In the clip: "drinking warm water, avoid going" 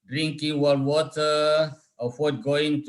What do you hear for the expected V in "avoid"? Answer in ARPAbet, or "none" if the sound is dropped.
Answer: F